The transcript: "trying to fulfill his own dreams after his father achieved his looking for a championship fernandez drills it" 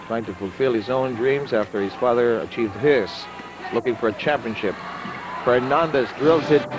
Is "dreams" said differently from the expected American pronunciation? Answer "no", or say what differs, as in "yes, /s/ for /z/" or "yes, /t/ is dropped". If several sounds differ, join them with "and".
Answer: no